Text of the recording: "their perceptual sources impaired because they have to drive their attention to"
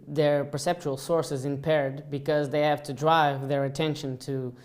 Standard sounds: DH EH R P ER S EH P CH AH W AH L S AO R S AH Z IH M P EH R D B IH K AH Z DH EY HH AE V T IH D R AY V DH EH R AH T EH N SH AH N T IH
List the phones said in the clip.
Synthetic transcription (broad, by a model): DH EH R P ER S EH P CH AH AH L S AO R S AH Z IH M P EH R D B IH K AH Z DH EY HH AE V T IH D R AY V DH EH R AH T EH N SH AH N T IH